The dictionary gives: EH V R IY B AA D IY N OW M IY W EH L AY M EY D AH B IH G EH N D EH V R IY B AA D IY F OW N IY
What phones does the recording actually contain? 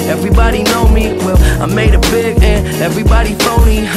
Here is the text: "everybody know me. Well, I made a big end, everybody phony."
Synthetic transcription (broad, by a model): EH V R IY B AA D IY N OW M IY W EH L AY M EY D AH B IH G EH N EH V R IY B AA D IY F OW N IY